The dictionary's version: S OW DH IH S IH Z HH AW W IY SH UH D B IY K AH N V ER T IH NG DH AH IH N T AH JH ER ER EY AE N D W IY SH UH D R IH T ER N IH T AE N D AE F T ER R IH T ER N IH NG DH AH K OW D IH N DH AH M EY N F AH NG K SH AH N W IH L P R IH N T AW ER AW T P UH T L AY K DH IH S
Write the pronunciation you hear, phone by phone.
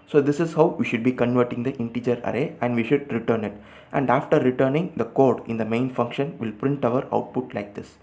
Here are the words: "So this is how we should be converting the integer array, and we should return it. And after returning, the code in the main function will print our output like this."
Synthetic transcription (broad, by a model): S OW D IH S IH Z HH AW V IY SH UH D B IY K AH N V ER T IH NG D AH IH N T AH JH ER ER EY AE N D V IY SH UH D R IH T ER N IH T AE N D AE F T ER R IH T ER N IH NG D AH K OW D IH N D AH M EY N F AH NG K SH AH N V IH L P R IH N T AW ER AW T P UH T L AY K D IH S